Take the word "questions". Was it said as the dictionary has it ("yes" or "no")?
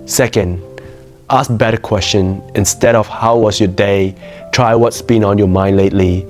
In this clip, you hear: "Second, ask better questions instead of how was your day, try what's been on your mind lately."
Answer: no